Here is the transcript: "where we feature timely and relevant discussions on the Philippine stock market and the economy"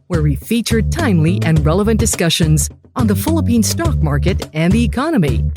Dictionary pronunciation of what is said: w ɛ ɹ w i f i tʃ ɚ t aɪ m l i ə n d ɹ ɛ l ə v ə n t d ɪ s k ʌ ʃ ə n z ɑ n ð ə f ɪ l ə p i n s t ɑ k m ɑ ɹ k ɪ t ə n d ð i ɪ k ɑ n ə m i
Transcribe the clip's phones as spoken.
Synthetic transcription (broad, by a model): w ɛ ɹ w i f i tʃ ɚ t aɪ m l i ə n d ɹ ɛ l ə v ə n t d ɪ s k ʌ ʃ ə n z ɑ n ð ə f ɪ l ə p i n s t ɑ k m ɑ ɹ k ɪ t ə n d ð i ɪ k ɑ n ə m i